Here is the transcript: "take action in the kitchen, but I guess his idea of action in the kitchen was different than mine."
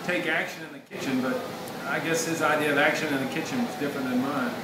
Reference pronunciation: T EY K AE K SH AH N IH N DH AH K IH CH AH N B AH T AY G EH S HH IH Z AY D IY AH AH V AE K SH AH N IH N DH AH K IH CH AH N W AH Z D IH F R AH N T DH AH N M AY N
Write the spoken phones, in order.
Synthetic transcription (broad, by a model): T EY K AE K SH AH N IH N DH AH K IH CH AH N B AH T AY G EH S HH IH Z AY D IY AH AH V AE K SH AH N IH N DH AH K IH CH AH N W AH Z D IH F R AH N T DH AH N M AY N